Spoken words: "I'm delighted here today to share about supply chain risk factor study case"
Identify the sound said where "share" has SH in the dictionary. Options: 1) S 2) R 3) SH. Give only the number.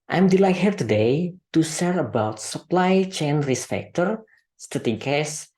1